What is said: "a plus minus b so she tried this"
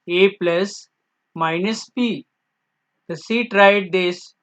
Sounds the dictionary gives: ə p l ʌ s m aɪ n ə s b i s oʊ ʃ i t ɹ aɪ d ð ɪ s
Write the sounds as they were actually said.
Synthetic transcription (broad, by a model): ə p l ʌ s m aɪ n ə s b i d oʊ s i t ɹ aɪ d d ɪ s